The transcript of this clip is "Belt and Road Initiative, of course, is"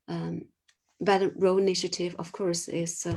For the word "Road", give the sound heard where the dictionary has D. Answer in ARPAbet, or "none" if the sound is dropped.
none